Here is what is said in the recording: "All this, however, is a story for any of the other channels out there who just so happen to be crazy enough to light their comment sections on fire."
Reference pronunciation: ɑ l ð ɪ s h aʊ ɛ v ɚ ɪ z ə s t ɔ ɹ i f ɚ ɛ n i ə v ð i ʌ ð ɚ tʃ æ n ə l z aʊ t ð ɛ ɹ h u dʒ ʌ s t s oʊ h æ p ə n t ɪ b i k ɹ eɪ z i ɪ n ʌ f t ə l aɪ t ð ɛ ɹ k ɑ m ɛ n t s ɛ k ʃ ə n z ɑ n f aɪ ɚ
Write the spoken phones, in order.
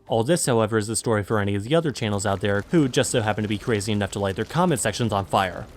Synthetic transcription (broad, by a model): ɑ l ð ɪ s h aʊ ɛ v ɚ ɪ z ə s t ɔ ɹ i f ɚ ɛ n i ə v ð i ʌ ð ɚ tʃ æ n l z aʊ t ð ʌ ɹ h u dʒ ʌ s t s oʊ h æ p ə n t ɪ b i k ɹ eɪ z i ɪ n ʌ f t ə l aɪ t ð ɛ ɹ k ɑ m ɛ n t s ɛ k ʃ ə n z n f aɪ ɚ